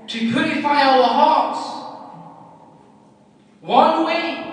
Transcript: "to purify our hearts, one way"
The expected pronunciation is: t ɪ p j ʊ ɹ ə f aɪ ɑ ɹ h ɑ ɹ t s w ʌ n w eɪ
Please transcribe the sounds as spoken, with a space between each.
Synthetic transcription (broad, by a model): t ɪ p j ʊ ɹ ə f aɪ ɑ l h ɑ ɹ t s w ʌ n w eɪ